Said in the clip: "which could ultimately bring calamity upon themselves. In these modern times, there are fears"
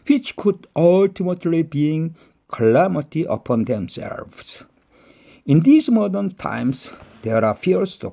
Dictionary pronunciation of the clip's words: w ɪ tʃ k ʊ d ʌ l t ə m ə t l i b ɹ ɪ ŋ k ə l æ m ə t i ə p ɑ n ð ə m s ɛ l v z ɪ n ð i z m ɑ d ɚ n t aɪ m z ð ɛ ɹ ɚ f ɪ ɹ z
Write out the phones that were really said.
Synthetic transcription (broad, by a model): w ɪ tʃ k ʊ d ʌ l t ə m ə t l i b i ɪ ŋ k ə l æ m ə t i ə p ɑ n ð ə m s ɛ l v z ɪ n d i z m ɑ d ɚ n t aɪ m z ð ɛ ɹ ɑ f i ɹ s